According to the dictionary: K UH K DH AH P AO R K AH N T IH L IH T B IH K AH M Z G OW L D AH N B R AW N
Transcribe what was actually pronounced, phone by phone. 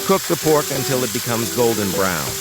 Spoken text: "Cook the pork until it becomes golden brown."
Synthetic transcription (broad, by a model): K UH K DH AH P AO R K AH N T IH L IH T B IH K AH M Z G OW L D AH N B R AW N